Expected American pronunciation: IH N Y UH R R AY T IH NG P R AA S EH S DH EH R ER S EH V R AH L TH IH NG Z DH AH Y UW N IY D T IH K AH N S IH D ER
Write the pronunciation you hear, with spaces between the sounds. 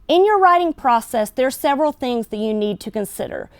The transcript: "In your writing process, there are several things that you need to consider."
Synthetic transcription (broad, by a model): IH N Y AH R R AY T IH NG P R AA S EH S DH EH R S EH V R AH L TH IH NG Z DH AH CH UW N IY D T IH K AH N S IH D ER